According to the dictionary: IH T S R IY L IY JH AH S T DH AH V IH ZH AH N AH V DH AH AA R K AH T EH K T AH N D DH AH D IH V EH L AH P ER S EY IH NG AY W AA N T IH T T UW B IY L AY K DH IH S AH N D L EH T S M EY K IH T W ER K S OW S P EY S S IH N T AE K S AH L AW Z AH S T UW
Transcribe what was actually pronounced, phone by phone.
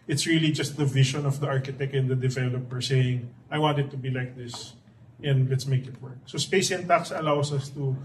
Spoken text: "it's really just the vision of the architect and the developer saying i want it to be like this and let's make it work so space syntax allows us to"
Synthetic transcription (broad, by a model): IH T S R IY L IY JH AH S T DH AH V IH SH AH N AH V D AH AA R K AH T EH K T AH N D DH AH D IH V EH L AH P ER S EY IH NG AY W AA N T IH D T UW B IY L AY K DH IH S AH N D L EH T S M EY K IH T W ER K S OW S P EY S S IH N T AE K S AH L AW S AH S T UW